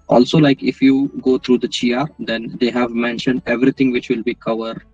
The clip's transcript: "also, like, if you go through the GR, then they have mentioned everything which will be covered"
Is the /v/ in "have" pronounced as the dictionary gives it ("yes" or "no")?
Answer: yes